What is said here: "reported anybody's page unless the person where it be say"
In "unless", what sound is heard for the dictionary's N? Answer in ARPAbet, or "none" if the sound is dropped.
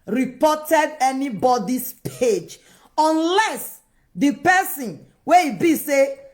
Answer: N